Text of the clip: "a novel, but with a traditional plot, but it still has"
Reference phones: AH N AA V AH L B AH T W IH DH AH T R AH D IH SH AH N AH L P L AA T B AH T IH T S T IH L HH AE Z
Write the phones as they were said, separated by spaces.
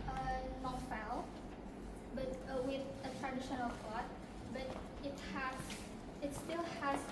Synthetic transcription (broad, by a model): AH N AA F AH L B AH T W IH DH AH T R AH D IH SH AH N AH L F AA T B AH T IH T S T IH L HH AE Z